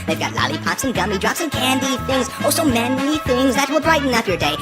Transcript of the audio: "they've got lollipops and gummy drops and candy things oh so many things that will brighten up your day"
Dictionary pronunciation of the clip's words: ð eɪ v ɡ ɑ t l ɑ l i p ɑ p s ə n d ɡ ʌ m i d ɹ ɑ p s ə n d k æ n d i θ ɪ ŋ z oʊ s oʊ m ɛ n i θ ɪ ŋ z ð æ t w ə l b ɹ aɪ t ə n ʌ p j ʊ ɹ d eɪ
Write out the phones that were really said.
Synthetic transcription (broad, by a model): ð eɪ v ɡ ɑ t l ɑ l i p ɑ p s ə n ɡ ʌ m i d ɹ ɑ p s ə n k æ n d i θ ɪ ŋ z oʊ s oʊ m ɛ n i θ ɪ ŋ z ð æ t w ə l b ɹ aɪ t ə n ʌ f j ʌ ɹ d eɪ